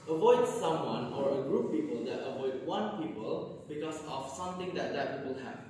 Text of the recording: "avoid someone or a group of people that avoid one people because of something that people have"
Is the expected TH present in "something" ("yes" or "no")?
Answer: no